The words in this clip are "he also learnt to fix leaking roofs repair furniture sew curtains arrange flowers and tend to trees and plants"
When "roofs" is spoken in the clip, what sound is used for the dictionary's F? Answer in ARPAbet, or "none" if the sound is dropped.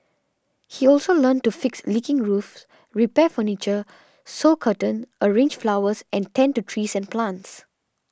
F